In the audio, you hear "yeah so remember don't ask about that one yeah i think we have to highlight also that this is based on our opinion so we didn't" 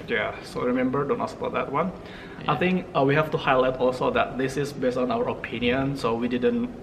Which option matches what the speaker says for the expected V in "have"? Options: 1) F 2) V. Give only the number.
1